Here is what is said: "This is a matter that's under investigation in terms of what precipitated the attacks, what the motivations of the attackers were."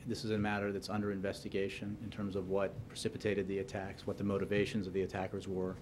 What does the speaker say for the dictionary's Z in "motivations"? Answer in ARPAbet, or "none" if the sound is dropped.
Z